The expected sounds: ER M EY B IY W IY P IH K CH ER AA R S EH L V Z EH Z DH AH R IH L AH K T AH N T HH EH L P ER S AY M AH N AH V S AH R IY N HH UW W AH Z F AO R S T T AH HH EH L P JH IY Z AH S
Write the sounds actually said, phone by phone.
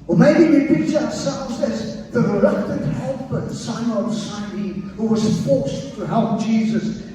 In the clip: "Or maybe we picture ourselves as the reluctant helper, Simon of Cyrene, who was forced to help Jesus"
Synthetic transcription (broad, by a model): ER M EY B IY W IY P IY CH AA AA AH S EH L V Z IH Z DH AH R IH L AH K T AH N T HH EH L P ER S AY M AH AH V S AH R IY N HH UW W AH Z F AO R S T T AH HH EH L P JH IY Z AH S